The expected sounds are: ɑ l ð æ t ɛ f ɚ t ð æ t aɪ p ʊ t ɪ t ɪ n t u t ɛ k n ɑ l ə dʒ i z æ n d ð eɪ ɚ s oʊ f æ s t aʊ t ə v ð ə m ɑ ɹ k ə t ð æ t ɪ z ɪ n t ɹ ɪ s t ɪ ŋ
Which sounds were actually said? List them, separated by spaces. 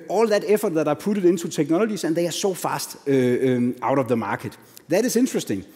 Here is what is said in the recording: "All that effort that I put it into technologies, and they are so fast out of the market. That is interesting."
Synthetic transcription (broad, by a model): ɑ l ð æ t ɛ f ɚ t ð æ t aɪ p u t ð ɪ n s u s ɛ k n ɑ l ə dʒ i s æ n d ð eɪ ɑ s oʊ f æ s t aʊ t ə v ð ə m ɑ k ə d ð æ t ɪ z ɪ n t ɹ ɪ s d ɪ ŋ